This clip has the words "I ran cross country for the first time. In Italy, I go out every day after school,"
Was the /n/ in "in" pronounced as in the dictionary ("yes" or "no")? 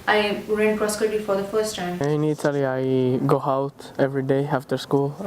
yes